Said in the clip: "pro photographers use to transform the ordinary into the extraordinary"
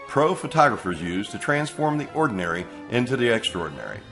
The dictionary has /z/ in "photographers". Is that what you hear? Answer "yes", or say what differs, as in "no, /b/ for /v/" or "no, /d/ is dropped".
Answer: yes